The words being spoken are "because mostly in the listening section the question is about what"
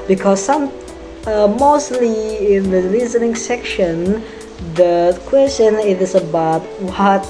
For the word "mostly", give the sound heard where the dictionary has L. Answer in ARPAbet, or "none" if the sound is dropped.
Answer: L